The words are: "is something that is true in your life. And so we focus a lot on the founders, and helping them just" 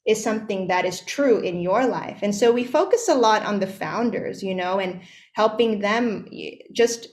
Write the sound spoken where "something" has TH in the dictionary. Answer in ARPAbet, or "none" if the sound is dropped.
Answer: TH